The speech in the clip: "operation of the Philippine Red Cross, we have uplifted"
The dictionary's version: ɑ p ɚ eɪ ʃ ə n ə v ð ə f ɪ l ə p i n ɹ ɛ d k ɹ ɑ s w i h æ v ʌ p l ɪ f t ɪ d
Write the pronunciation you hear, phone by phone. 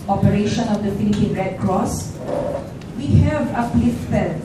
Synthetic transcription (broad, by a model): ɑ p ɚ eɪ ʃ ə n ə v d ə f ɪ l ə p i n ɹ ɛ d k ɹ ɑ s w i h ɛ v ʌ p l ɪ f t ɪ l